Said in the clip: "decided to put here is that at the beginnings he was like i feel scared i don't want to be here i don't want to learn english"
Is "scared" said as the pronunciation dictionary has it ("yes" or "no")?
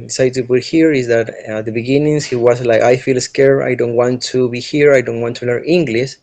no